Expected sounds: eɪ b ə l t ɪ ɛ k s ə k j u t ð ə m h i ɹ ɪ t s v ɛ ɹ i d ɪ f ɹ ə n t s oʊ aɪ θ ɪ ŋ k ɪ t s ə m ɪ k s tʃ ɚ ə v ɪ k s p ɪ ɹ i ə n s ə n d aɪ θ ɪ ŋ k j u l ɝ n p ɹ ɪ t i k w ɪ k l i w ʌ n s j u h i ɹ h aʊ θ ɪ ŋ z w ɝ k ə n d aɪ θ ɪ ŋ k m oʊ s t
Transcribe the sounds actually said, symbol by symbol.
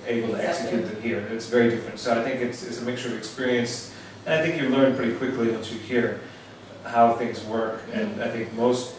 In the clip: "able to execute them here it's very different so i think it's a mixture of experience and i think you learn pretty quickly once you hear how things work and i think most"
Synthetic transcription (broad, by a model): eɪ b l t ɪ ɛ k s ə k j u t ð ə m h i ɹ ɪ t s v ɛ ɹ i d ɪ f ɹ ə n t s oʊ aɪ θ ɪ ŋ k ɪ t s ə m ɪ k s tʃ ɚ ə v ɪ k s p ɪ ɹ i ə n s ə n aɪ θ ɪ ŋ k j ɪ l ɝ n p ɹ ɪ t i k w ɪ k l i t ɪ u h i ɹ h aʊ θ ɪ ŋ z w ɝ k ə n aɪ θ ɪ ŋ k m oʊ s t